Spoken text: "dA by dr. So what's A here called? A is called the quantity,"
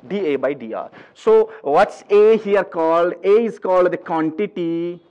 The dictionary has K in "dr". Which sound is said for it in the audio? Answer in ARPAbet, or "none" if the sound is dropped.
none